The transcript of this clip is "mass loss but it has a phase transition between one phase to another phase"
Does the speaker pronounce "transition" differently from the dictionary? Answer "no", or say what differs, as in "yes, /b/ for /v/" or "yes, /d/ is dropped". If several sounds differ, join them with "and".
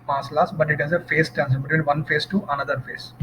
yes, /ɹ/ is dropped and /l/ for /n/